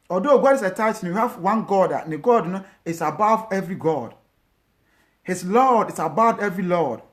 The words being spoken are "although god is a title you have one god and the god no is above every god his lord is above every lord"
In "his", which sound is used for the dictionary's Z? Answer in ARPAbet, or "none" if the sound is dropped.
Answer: S